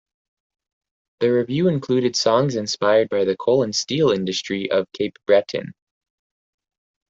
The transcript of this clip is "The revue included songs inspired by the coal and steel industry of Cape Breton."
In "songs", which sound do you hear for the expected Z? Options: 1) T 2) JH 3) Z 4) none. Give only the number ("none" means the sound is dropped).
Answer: 3